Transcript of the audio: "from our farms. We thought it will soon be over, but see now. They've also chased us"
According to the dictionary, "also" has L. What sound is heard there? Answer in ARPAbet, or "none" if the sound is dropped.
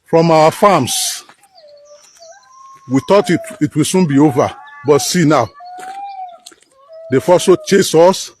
none